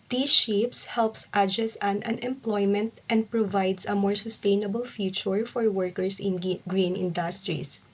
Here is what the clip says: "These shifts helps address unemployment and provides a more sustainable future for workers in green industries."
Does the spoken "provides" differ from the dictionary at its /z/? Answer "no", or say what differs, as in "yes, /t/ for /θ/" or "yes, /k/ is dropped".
yes, /s/ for /z/